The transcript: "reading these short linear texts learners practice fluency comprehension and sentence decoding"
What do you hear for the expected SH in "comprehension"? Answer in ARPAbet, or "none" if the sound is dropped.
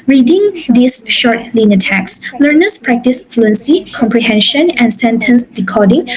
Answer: SH